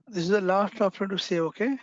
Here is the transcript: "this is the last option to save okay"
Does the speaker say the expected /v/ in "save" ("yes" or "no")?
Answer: no